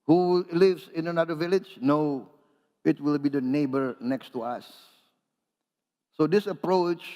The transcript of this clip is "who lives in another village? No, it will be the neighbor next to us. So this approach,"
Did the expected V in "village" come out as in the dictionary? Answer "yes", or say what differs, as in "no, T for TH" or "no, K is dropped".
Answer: yes